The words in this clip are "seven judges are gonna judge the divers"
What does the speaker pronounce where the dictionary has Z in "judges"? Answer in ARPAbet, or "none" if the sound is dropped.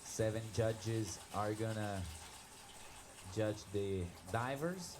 Z